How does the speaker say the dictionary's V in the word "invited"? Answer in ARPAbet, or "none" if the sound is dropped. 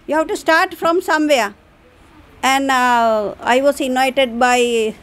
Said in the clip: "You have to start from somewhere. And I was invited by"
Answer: none